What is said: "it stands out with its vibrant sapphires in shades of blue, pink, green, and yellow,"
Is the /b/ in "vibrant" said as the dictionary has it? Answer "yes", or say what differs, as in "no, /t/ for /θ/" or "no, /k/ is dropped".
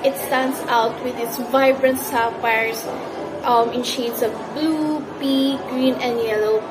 yes